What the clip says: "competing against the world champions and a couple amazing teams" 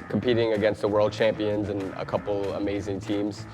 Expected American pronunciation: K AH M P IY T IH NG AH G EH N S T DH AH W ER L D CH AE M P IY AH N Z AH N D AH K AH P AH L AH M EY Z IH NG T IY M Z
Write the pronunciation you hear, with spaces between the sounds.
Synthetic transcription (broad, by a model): K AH M P IY T IH NG AH G EH N S T DH AH W ER L D CH AE M P IY AH N Z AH N AH K AH P L AH M EY Z IH NG T IY M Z